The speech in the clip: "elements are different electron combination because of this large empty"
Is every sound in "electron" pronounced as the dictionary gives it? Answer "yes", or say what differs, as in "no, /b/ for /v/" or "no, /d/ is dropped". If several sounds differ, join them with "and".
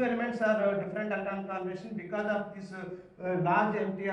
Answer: no, /ɹ/ is dropped